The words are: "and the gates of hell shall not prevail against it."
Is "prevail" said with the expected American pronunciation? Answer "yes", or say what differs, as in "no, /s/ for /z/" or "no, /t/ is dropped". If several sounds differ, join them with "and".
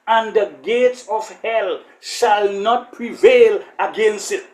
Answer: yes